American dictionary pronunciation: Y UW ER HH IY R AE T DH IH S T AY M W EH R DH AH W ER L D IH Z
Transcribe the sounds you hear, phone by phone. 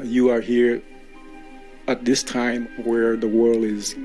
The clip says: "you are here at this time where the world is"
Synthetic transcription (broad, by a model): Y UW ER HH IY R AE T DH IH S T AY M W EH R DH AH W ER L D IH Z